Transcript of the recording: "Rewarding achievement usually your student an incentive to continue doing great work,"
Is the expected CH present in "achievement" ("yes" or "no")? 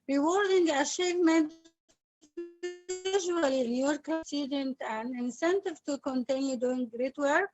no